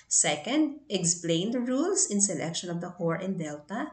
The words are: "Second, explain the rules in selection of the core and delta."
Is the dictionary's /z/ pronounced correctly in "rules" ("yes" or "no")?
no